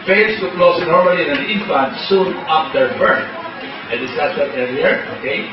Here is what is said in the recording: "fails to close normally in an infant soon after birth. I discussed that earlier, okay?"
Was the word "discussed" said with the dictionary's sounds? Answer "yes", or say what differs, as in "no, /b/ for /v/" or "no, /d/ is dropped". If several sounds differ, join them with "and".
no, /k/ is dropped